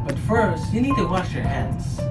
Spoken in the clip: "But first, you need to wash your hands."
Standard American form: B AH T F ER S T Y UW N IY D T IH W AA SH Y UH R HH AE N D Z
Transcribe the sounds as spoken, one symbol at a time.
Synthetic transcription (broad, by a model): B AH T F ER S T Y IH N IY D T IH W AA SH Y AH R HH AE N D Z